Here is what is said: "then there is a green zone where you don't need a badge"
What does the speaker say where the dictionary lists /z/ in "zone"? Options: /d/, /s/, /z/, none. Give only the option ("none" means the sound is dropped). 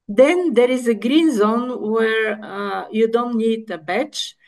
/z/